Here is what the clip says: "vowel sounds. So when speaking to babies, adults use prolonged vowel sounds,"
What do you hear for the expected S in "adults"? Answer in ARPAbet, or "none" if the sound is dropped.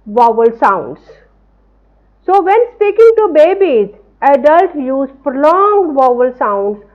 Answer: none